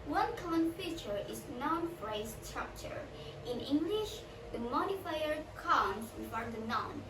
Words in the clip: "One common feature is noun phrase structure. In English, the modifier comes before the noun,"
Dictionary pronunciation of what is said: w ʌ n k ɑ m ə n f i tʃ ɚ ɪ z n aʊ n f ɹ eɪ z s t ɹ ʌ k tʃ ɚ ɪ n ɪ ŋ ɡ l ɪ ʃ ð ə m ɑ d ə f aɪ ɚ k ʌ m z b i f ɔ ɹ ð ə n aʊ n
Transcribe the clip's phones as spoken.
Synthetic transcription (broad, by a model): w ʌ n k ɑ m ə n f i tʃ ɚ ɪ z n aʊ n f ɹ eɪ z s t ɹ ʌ k tʃ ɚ ɪ n ɪ ŋ ɡ l ɪ ʃ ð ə m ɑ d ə f aɪ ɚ k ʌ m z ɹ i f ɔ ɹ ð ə n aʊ n